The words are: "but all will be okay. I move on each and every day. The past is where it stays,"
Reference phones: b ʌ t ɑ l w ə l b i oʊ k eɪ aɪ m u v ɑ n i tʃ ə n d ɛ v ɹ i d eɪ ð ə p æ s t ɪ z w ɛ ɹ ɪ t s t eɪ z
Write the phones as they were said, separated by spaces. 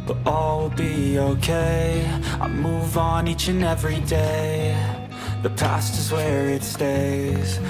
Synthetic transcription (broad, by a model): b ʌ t ɑ l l b i oʊ k eɪ aɪ m u v n i tʃ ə n ɛ v ɹ i d eɪ ð ə p æ s t ɪ z w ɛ ɹ ɪ t s t eɪ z